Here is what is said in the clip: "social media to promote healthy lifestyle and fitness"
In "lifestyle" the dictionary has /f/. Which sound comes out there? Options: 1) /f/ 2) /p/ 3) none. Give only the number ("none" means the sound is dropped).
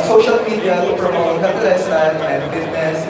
3